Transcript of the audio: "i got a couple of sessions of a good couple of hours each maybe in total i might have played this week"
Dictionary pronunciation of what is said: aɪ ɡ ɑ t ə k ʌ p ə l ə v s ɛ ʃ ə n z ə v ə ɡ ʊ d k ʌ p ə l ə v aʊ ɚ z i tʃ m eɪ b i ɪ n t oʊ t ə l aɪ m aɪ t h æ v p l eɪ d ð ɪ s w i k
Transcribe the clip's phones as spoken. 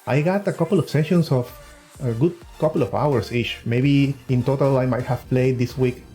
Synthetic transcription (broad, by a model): aɪ ɡ ɑ t ə k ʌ p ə l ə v s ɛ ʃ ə n s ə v ə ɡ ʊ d k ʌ p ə l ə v aʊ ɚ s i tʃ m eɪ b i ɪ n t oʊ t ə l aɪ m aɪ t h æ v p l eɪ d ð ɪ s w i k